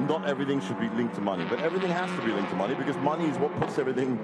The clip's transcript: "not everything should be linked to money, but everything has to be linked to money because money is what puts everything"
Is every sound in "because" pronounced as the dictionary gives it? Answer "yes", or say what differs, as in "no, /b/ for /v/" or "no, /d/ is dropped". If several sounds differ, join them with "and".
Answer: yes